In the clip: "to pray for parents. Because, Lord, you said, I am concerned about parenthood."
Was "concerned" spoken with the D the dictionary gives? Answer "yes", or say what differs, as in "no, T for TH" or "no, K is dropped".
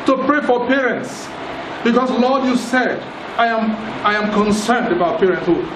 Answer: yes